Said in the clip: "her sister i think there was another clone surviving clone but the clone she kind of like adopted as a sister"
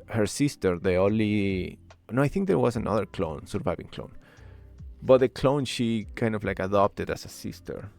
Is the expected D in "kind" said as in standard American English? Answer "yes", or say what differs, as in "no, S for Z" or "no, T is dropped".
yes